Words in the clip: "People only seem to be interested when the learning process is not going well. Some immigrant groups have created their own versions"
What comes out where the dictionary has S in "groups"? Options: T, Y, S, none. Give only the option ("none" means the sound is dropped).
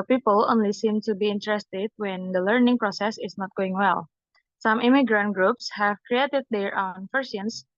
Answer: S